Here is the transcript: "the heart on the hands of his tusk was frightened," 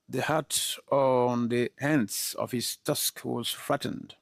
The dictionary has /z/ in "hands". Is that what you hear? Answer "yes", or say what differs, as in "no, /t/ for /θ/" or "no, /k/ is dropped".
no, /s/ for /z/